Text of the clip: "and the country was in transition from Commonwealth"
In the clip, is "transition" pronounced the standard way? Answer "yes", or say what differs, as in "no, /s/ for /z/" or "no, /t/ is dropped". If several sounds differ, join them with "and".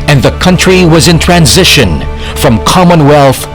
yes